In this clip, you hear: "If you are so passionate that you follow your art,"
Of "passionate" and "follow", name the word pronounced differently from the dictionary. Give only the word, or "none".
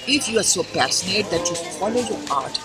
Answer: passionate